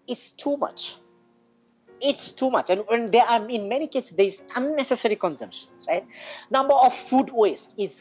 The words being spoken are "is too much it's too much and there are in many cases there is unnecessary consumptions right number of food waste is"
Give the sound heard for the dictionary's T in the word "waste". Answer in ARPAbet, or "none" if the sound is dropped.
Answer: T